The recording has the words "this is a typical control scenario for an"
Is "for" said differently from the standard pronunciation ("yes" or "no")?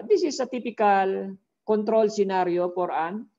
yes